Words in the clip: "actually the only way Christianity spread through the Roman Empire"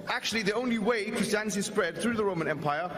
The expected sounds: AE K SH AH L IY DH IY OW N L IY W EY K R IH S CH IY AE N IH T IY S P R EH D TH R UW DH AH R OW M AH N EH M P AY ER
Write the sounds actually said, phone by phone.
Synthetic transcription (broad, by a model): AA K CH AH L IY DH IY OW N L IY W EY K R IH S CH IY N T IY S P R EH D TH R UW DH AH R OW M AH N EH M P AY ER